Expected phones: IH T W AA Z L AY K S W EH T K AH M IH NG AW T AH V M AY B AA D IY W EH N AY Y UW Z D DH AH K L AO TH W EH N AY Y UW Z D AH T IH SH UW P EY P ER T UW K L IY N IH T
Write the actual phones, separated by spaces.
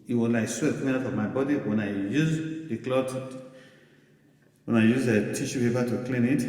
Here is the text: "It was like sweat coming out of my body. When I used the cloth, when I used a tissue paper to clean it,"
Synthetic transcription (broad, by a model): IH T W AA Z L AY K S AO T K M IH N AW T AH V M AY B AA D IY W EH N AY Y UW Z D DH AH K L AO T W EH N AY Y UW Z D AH T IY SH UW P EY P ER T UW K L IY N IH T